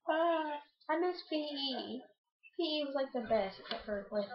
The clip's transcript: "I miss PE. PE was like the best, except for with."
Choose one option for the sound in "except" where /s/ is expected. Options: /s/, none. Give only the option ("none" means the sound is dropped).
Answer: none